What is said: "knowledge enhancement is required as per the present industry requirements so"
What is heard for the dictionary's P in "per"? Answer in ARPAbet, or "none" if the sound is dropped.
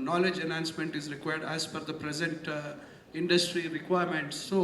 F